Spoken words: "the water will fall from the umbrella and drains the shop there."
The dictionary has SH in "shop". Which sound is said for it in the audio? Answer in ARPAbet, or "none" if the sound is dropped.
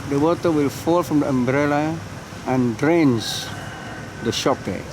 SH